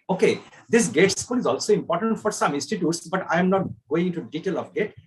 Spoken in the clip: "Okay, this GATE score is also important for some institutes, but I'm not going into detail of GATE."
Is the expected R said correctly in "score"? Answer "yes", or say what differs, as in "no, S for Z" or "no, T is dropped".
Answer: no, L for R